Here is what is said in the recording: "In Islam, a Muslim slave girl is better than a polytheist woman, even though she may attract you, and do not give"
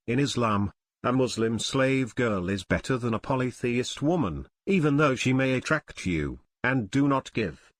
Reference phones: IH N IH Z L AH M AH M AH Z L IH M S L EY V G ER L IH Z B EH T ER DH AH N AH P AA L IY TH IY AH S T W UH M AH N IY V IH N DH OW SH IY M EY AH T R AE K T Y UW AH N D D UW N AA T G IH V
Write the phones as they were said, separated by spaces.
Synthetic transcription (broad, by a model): IH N IH Z L AH M AH M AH Z L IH M S L EY V G ER L IH Z B EH T ER DH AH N AH P AA L IY TH IY AH S T W UH M AH N IY V IH N DH OW SH IY M EY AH T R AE K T Y UW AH N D D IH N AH T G IH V